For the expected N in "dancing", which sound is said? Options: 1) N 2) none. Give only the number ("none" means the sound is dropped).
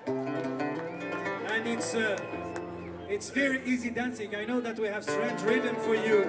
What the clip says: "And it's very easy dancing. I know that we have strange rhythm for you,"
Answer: 1